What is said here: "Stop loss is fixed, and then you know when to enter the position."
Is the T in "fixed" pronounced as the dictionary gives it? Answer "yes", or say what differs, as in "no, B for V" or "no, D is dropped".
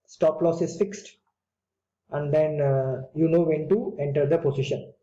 yes